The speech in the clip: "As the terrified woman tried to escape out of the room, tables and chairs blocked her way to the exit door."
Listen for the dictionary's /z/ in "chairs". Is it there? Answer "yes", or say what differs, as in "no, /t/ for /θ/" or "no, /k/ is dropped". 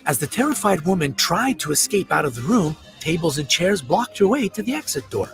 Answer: yes